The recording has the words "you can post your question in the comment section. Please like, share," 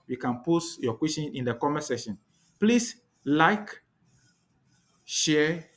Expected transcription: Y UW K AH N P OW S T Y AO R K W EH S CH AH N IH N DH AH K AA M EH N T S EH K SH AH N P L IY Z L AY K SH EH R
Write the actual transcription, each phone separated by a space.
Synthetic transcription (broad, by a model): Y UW K AH N P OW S Y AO K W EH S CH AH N IH N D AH K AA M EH S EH SH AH N P L IY S L AY K SH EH